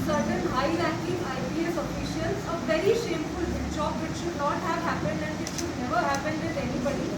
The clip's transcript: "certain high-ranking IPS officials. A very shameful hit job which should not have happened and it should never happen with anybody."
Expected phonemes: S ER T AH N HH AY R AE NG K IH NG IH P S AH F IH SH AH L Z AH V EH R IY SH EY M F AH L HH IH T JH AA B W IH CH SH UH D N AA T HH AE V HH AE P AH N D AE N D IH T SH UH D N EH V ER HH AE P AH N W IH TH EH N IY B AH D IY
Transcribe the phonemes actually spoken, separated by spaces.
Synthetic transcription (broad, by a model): S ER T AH N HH AY L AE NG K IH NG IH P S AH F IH SH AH L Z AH V EH R IY SH EY M F AH L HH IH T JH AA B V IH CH SH UH D N AA T HH AE V HH AE P AH N D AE N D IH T SH UH D N EH V ER HH AE P AH N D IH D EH N IY B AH D IY